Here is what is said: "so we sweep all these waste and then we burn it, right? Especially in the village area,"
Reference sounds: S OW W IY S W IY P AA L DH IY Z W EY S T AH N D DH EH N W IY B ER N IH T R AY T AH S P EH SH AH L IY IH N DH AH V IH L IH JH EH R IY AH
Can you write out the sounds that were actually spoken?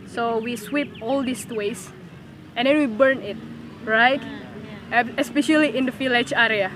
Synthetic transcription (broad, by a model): S OW W IY S W IY P AA L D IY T W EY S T AH N D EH N W IY B ER N IH T R AY T AH S P EH SH AH L IY IH N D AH F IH L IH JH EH R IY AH